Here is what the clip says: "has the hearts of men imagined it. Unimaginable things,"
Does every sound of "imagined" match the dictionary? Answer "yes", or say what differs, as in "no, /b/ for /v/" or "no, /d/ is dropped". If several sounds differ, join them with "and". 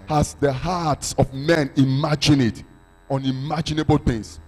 no, /d/ is dropped